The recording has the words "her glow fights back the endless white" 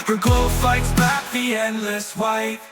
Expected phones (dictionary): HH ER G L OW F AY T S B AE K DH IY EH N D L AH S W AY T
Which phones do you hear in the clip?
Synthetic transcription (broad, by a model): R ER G OW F AY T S B AE K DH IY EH N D L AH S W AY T